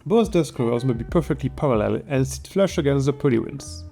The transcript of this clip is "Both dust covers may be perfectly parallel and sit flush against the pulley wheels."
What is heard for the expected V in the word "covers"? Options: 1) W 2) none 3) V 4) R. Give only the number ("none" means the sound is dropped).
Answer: 2